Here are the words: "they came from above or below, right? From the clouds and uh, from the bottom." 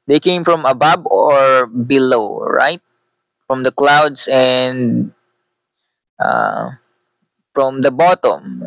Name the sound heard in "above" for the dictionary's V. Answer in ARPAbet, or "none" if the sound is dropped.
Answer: B